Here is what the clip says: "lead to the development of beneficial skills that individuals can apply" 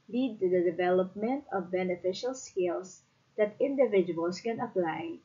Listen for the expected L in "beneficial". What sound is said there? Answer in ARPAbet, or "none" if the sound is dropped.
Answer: L